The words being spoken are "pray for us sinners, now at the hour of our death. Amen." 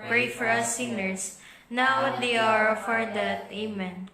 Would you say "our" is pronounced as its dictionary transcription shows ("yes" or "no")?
yes